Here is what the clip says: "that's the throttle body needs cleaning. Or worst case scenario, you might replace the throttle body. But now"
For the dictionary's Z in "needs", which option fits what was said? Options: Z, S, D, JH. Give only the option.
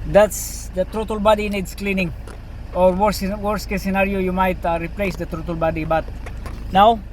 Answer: S